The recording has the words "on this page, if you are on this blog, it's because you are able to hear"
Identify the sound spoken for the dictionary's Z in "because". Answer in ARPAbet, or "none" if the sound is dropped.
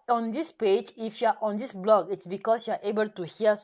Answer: S